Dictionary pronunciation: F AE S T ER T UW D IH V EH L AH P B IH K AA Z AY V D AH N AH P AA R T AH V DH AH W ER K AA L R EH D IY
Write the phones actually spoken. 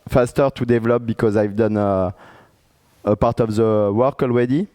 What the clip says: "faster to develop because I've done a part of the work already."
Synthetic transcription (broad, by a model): F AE S T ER T UW D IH V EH L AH P B IH K AA Z AY V D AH N AH P AA R T AH V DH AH W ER K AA L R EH D IY